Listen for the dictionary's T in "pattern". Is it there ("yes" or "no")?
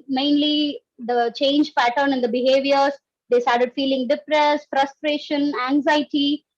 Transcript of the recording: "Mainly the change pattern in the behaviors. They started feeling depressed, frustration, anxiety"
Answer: yes